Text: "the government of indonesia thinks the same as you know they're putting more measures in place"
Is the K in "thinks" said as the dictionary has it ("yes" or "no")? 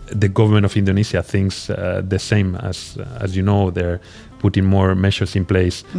yes